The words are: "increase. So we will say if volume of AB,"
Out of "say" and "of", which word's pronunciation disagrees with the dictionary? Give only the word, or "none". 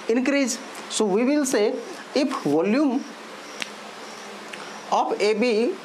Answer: of